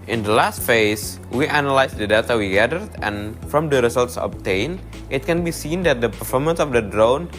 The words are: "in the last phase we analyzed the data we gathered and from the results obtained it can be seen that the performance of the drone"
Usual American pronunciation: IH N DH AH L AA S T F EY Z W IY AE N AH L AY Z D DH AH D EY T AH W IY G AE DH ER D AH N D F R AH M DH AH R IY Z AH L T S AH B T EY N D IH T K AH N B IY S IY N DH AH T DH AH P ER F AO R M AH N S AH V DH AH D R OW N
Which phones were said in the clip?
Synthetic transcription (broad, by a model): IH N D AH L AA S T F EY S W IY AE N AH L AY S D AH D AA T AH W IY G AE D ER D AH N F R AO M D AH R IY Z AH L T S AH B T EY N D IH T K AH N B IY S IY N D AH T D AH P ER F AO R M AH N S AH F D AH D R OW N